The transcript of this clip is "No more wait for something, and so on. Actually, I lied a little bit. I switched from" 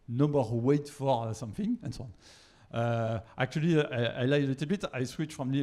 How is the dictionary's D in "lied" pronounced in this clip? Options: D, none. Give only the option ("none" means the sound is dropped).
none